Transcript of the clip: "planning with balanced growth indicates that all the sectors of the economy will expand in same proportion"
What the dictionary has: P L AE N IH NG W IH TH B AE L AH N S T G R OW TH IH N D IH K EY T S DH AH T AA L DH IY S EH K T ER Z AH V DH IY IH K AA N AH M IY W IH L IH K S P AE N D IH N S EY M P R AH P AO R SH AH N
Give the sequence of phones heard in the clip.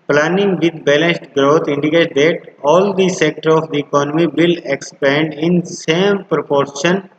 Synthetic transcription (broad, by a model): P L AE N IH NG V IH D B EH L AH N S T G R OW T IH N D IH K EY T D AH T AA L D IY S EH K T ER AH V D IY IH K AA N AH M IY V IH L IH K S P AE N D IH N S EY M P R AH P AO R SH AH N